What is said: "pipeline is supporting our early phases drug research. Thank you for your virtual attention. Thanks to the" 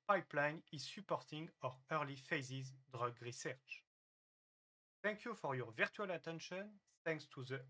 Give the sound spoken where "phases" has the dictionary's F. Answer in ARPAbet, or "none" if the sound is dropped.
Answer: F